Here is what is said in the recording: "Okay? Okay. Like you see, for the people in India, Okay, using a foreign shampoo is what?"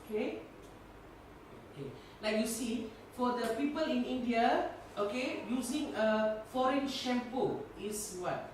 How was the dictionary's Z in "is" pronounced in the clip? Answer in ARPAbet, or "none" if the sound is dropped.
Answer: S